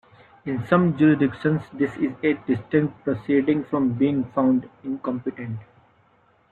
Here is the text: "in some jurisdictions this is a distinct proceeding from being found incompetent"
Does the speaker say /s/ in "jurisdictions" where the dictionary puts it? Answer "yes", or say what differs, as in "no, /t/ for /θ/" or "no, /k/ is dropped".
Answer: no, /s/ is dropped